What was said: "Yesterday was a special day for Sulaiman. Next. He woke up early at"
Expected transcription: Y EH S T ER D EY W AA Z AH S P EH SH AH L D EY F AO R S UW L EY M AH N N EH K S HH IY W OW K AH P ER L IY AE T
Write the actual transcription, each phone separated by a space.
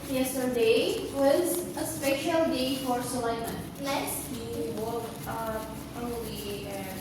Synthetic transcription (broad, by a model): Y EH S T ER D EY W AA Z AH S P EH SH AH L D EY F AO R S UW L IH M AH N L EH S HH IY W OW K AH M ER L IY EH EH